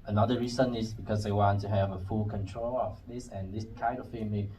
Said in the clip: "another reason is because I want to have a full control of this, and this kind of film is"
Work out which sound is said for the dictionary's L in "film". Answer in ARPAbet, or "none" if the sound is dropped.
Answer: none